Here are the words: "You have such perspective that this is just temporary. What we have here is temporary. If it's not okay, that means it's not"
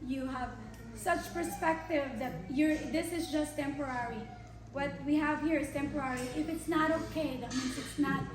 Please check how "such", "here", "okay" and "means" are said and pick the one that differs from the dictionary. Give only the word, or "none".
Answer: means